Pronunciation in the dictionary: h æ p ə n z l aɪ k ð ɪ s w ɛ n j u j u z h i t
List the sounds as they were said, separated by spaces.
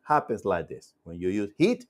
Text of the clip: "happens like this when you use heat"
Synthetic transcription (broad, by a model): h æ p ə n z l aɪ k ð ɪ s w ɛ n j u j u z h i t